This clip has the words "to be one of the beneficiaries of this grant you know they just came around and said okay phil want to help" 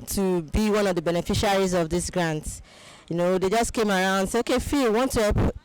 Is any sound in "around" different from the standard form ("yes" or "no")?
yes